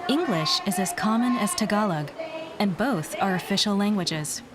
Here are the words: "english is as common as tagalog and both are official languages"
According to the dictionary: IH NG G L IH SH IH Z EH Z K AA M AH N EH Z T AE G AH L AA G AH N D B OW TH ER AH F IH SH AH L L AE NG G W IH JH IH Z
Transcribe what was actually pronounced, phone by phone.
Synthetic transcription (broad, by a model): IH NG G L IH SH IH Z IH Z K AA M AH N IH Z T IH G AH L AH G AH N B OW TH ER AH F IH SH L L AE NG G W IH JH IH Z